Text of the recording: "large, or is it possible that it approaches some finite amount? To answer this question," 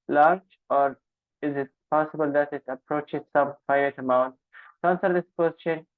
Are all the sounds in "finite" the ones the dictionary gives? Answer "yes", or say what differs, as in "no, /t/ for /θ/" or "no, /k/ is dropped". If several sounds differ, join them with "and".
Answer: no, /n/ is dropped